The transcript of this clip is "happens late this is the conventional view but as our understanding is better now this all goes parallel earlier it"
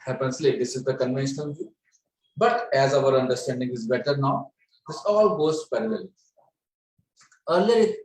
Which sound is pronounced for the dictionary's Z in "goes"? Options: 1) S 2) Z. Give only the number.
1